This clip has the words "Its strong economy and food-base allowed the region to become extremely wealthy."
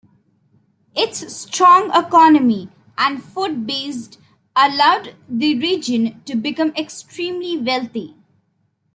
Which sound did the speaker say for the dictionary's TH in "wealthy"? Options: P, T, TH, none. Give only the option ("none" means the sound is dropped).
T